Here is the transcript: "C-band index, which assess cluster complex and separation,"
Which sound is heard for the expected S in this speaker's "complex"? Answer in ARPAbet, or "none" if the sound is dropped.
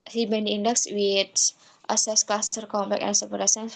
none